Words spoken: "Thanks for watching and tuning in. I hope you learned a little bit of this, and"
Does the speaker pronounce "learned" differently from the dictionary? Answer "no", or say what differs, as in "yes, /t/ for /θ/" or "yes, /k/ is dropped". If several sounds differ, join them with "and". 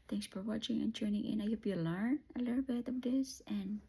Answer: yes, /d/ is dropped